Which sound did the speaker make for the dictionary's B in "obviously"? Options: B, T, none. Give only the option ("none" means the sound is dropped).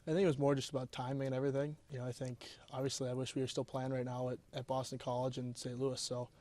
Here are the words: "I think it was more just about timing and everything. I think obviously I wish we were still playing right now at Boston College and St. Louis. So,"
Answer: B